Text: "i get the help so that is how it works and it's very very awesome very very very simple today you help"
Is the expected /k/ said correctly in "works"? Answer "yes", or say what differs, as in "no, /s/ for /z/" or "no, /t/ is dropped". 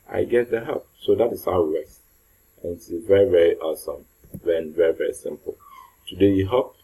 no, /k/ is dropped